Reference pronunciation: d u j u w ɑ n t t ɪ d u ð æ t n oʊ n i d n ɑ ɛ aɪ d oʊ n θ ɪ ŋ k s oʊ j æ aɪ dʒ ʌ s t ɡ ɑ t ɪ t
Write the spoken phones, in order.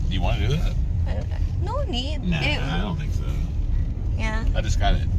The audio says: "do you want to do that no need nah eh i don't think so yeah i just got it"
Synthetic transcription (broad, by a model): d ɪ j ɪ w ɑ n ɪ d u ð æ t n oʊ n i d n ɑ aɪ d oʊ n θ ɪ k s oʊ j æ aɪ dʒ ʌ s ɡ ɑ t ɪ t